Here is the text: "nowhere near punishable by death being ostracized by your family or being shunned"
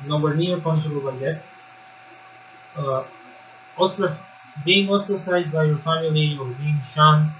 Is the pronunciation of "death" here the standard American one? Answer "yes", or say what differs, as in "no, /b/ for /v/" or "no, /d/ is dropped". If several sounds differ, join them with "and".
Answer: no, /s/ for /θ/